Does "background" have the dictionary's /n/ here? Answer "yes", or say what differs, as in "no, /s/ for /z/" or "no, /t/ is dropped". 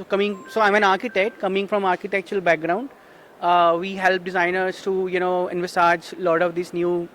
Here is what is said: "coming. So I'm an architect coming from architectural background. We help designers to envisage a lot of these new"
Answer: yes